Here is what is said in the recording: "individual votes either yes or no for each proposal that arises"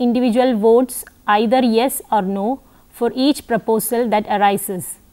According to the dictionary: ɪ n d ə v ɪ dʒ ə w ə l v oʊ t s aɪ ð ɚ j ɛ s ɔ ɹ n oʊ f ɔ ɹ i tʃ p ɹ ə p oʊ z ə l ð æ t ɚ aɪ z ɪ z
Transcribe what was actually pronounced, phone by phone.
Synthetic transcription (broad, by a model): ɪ n d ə v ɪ dʒ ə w ə l v oʊ t s aɪ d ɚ j ɛ s ɔ ɹ n oʊ f ɔ ɹ i tʃ p ɹ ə p oʊ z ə l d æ t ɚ aɪ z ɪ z